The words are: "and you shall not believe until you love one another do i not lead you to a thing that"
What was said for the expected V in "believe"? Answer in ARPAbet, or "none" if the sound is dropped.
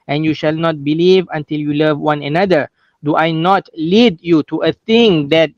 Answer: V